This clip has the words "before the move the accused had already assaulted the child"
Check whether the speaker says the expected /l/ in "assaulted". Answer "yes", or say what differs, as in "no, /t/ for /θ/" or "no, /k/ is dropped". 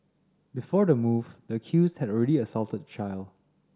yes